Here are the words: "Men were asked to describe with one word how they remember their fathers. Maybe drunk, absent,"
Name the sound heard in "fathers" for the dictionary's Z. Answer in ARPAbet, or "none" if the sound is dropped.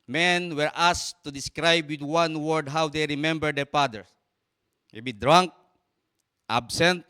none